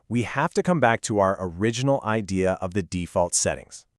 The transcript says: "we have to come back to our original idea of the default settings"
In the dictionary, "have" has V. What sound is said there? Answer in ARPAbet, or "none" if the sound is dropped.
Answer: F